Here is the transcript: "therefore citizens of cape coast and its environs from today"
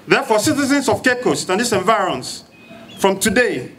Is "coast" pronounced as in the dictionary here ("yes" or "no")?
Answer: yes